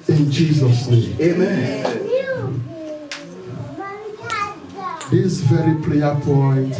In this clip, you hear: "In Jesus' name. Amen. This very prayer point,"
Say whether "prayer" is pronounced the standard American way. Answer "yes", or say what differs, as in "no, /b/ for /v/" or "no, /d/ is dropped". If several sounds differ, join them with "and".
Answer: no, /l/ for /ɹ/